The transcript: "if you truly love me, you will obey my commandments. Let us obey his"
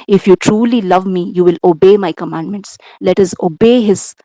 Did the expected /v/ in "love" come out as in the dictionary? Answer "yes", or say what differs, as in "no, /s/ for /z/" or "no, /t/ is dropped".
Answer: yes